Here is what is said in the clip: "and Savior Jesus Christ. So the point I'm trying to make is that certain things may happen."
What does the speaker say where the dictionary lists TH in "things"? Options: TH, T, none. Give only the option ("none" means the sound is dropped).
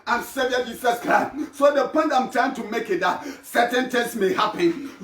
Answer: T